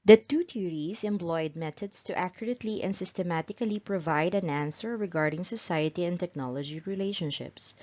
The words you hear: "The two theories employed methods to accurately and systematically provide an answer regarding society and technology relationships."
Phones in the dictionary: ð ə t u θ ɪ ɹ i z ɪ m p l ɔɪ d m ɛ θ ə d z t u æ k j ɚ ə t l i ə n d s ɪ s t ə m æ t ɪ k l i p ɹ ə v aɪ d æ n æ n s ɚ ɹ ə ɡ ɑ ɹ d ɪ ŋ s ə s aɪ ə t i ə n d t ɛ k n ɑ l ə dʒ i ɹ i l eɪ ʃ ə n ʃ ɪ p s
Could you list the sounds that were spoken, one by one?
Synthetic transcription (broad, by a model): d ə t u t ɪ ɹ i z ɪ m p l ɔɪ d m ɛ t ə d s t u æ k j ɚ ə t l i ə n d s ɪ s t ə m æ t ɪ k l i p ɹ ə v aɪ d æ n æ n s ɚ ɹ ə ɡ ɑ ɹ d ɪ ŋ s ə s aɪ ə t i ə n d t ɛ k n ɑ l ə dʒ i ɹ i l eɪ ʃ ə n ʃ ɪ p s